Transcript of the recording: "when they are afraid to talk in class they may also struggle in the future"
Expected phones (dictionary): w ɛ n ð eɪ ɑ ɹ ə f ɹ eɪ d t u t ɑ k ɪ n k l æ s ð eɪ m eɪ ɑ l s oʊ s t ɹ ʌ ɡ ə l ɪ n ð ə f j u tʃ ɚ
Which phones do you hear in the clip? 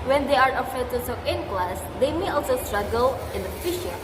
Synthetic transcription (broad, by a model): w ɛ n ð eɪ ɑ ɹ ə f eɪ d t u s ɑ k ɪ n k l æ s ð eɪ m eɪ ɑ l s oʊ s t ɹ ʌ ɡ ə l ɪ n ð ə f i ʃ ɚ